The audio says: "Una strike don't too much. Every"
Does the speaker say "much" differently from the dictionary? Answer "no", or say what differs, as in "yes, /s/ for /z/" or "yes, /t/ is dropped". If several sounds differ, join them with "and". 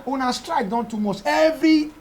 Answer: yes, /s/ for /tʃ/